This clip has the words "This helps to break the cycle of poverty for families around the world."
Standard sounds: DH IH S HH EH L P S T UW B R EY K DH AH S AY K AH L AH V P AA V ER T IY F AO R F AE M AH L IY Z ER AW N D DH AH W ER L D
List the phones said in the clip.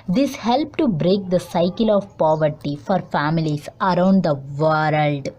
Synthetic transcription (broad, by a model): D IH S HH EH L P T UW B R EY K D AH S AY K AH L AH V P AA V ER T IY F AO R F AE M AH L IY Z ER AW N D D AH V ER L D